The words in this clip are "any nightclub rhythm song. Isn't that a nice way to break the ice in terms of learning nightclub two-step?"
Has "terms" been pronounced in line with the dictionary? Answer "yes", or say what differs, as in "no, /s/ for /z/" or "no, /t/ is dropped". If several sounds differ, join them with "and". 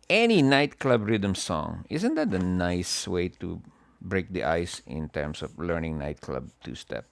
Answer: no, /s/ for /z/